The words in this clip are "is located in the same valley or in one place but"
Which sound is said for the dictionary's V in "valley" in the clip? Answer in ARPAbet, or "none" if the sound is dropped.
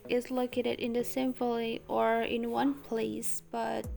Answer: F